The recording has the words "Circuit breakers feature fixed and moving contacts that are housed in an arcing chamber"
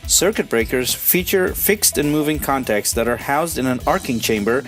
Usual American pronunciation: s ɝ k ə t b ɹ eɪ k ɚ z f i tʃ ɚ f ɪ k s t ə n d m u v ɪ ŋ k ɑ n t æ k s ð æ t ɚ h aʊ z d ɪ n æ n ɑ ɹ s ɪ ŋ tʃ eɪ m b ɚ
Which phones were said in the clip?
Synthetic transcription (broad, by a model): s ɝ k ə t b ɹ eɪ k ɚ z f i tʃ ɚ f ɪ k s t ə n m u v ɪ ŋ k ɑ n t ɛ k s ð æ t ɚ h aʊ z d ɪ n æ n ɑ ɹ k ɪ ŋ tʃ eɪ m b ɚ